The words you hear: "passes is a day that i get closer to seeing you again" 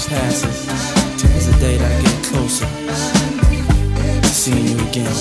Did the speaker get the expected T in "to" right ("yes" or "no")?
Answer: no